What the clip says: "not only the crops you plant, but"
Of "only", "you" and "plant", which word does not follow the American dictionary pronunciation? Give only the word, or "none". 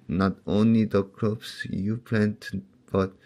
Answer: none